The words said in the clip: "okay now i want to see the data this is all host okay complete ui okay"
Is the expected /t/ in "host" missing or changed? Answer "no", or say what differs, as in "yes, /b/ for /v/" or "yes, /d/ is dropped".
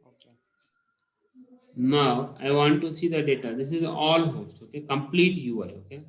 no